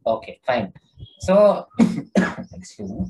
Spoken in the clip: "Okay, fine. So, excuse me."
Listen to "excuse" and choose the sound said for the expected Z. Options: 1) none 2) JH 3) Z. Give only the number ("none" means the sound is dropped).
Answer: 1